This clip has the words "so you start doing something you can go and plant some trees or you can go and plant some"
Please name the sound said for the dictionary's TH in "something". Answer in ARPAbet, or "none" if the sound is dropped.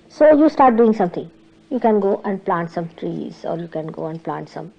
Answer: T